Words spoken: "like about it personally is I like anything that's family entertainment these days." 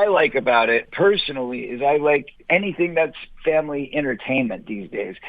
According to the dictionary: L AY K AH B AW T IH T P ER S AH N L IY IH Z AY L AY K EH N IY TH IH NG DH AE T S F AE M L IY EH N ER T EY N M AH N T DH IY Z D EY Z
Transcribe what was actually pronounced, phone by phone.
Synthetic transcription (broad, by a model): L AY K AH B AW T IH T P ER S AH N L IY IH Z AY L AY K EH N IY TH IH NG DH AE T S F AE M L IY EH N ER T EY N M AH N DH IY Z D EY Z